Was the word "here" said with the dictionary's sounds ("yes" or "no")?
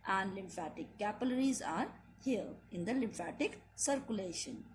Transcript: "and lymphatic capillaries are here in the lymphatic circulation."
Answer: no